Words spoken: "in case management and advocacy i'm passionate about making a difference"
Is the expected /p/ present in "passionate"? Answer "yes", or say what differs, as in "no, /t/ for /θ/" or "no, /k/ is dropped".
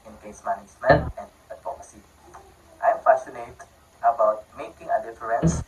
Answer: no, /f/ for /p/